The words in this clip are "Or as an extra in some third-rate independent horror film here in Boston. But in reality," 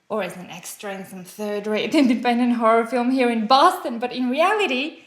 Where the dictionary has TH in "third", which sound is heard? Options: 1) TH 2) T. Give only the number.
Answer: 1